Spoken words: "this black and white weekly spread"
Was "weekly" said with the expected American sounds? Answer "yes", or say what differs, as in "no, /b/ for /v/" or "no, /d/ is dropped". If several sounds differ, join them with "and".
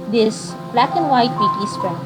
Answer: no, /l/ is dropped